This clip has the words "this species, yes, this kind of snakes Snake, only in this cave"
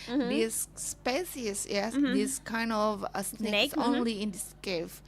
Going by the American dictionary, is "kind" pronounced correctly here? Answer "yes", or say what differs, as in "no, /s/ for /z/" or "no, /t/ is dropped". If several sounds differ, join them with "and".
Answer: yes